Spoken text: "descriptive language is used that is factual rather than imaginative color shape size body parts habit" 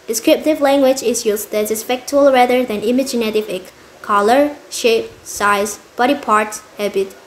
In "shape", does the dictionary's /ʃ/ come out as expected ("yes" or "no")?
yes